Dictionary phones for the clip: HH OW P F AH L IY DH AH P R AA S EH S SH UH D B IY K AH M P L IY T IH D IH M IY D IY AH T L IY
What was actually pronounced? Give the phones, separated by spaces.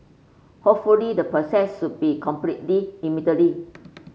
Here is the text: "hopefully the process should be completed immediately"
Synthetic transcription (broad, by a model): HH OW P F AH L IY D AH P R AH S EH S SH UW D B IY K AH M P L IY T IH IH M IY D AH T L IY